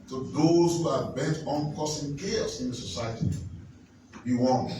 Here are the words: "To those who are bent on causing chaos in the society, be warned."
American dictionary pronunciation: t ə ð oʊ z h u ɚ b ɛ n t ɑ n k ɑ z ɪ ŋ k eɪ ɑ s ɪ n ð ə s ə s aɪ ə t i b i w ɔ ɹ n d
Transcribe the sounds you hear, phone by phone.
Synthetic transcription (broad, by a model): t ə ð oʊ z h u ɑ b ɛ n t ɑ n k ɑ s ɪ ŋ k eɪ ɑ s ɪ n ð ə s ə s aɪ ə t i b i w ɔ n